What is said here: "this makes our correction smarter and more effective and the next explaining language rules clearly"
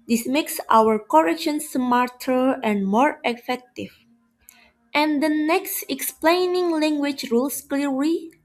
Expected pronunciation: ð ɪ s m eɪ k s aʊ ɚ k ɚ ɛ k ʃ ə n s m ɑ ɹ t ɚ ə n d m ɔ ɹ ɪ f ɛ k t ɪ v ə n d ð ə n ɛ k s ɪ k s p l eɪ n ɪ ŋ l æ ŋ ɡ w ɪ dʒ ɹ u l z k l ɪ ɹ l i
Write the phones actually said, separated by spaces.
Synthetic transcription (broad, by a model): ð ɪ s m eɪ k s aʊ ɚ k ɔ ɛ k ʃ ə n s m ɑ ɹ t ɚ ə n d m ɔ ɹ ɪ f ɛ k t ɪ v ə n d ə n ɛ k s ɪ k s p l eɪ n ɪ ŋ l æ ŋ ɡ w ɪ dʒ ɹ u l s k l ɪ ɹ l i